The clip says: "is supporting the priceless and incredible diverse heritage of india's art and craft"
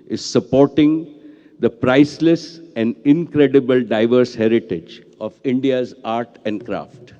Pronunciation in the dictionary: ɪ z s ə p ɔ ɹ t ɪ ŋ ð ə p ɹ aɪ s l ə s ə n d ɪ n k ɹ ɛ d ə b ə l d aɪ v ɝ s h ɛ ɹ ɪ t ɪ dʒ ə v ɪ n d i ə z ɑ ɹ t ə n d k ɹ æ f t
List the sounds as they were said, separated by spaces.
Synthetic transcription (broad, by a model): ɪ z s ə p ɔ ɹ t ɪ ŋ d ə p ɹ aɪ s l ə s ə n d ɪ n k ɹ ɛ d ə b ə l d aɪ v ɝ s h ɛ ɹ ɪ t ɪ dʒ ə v ɪ n d i ə z ɑ ɹ t ə n d k ɹ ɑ f t